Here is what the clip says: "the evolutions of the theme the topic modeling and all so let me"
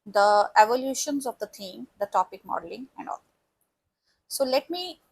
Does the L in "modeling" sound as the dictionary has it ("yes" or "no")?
yes